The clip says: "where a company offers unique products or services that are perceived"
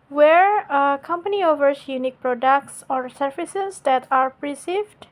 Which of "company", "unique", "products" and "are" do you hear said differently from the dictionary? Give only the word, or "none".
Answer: none